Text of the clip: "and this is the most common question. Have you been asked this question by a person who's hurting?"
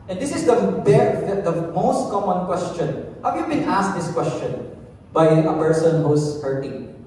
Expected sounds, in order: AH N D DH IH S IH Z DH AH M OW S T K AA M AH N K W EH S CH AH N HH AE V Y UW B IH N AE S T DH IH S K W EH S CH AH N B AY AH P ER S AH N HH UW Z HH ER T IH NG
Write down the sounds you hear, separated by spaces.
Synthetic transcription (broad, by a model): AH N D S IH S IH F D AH M OW S T K AA M AH N K W EH S CH AH N HH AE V Y UW B IH N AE S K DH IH S K W EH S CH AH N B AY AH P ER S AH N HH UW S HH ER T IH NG